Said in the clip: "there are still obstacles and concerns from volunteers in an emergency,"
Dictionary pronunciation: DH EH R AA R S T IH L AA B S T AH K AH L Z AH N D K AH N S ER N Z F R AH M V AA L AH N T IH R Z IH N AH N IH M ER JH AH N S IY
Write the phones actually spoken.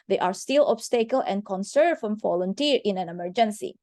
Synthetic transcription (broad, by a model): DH EH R AA R S T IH L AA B S T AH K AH L AH N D K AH N S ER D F R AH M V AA L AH N T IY R IH N AH N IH M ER JH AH N S IY